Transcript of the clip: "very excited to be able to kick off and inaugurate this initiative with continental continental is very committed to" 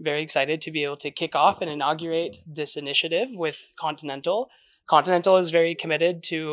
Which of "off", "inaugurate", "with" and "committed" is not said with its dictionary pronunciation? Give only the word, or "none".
none